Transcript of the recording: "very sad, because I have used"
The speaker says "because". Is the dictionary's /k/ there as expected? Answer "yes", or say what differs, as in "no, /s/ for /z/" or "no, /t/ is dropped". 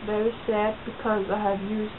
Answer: yes